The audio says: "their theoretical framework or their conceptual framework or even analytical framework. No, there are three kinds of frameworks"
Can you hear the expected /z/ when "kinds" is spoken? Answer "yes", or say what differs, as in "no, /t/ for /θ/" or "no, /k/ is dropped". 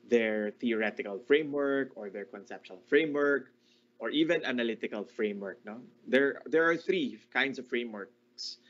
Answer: no, /s/ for /z/